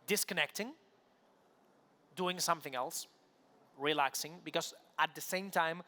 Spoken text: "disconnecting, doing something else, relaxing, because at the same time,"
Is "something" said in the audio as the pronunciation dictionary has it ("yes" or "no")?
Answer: yes